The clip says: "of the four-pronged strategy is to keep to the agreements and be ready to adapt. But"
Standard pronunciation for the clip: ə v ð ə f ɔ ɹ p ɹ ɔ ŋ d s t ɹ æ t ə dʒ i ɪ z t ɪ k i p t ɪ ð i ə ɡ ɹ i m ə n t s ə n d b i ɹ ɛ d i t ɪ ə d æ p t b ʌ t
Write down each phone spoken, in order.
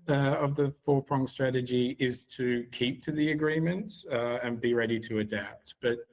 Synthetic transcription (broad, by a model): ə v ð ə f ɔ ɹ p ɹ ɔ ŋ s t ɹ æ t ə dʒ i ɪ z t ɪ k i p t ɪ ð i ə ɡ ɹ i m ə n t s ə n b i ɹ ɛ d i t ɪ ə d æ p t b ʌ t